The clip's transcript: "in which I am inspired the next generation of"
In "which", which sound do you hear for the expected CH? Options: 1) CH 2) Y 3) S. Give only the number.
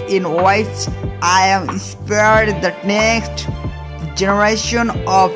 3